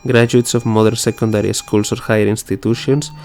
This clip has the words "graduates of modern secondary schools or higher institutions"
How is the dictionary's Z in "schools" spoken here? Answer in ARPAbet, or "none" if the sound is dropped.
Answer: S